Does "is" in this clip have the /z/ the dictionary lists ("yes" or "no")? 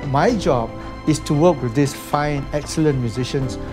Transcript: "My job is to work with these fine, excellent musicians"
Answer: no